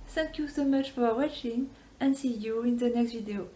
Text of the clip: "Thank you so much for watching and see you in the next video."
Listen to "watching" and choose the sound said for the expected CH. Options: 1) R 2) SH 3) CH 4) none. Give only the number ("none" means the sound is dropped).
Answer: 3